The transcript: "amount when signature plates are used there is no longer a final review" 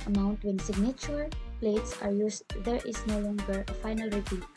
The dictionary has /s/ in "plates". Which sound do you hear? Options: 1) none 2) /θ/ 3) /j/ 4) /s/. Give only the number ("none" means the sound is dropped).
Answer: 4